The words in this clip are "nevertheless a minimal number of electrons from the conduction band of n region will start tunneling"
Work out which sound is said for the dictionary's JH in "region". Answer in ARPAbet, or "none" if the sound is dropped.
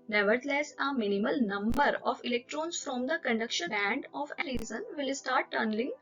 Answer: Z